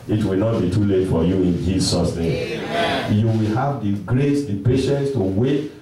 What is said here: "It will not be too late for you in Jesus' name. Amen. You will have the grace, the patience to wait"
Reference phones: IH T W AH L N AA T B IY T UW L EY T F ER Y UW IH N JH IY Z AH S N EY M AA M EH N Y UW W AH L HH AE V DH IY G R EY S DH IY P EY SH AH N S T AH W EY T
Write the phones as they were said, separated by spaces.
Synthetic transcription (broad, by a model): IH T W AH L N AA T B IY T UW L EY T F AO Y UW IH N JH IY S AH S N EY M M Y UW W AH L HH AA V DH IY G R EY S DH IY P EY SH AH N S T AH W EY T